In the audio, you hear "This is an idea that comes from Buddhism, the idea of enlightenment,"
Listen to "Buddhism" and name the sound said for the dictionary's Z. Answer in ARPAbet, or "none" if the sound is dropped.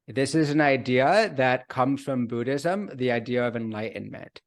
Z